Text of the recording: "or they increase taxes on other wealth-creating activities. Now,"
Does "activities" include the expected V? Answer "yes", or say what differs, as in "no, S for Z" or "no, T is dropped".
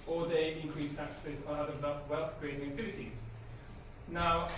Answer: no, V is dropped